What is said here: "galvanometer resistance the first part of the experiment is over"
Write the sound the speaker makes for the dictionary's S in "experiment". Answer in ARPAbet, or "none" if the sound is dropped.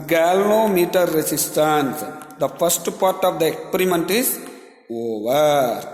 S